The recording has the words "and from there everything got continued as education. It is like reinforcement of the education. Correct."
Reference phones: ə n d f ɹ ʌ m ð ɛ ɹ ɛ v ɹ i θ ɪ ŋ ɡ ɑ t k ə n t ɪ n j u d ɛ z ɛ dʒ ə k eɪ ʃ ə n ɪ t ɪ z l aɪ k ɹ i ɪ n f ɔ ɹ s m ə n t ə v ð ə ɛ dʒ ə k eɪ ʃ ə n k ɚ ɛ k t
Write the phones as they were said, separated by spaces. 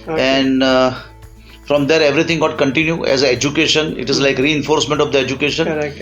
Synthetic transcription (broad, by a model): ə n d f ɹ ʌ m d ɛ ɹ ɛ v ɹ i t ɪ ŋ ɡ ɑ t k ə n t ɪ n j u ɛ z ɛ dʒ ə k eɪ ʃ ə n ɪ t ɪ z l aɪ k ɹ i ɪ n f ɔ ɹ s m ə n t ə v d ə ɛ dʒ ə k eɪ ʃ ə n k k